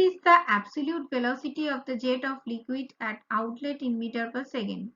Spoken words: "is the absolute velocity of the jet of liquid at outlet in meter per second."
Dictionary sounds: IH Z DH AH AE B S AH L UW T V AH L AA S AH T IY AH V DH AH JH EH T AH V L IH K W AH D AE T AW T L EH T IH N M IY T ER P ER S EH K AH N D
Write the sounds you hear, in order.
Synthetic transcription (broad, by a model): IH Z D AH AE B S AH L UW T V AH L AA S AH T IY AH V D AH JH EH T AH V L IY K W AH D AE T AW T L EH T IH N M IY T ER P ER S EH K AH N D